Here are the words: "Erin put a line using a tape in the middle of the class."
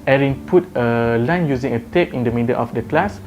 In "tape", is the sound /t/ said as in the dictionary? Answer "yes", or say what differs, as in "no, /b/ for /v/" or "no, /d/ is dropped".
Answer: yes